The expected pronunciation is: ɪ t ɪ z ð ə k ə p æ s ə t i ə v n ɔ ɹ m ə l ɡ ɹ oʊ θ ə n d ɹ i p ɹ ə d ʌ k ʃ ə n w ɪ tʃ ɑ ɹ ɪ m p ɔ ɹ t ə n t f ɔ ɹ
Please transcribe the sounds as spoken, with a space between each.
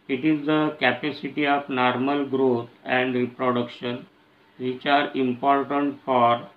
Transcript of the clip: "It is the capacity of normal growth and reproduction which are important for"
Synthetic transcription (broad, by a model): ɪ t ɪ z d ə k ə p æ s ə t i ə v n ɔ ɹ m ə l ɡ ɹ oʊ t ə n d ɹ i p ɹ ə d ʌ k ʃ ə n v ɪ tʃ ɑ ɹ ɪ m p ɔ ɹ t ə n t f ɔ ɹ